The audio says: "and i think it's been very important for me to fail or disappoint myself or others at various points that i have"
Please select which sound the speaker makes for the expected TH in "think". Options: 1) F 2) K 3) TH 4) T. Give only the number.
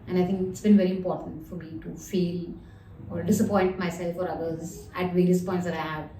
4